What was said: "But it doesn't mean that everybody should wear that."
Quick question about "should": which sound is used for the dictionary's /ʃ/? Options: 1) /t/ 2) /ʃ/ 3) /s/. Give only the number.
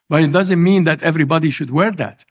2